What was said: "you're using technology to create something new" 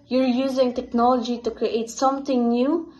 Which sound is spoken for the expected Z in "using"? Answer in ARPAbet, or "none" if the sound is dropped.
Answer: Z